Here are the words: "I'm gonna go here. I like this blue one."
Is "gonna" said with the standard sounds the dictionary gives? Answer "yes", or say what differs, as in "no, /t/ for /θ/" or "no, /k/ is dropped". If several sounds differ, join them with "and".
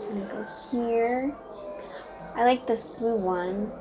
no, /n/ is dropped